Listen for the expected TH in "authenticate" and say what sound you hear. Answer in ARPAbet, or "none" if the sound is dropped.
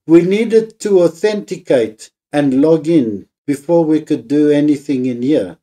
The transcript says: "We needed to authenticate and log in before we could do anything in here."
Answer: TH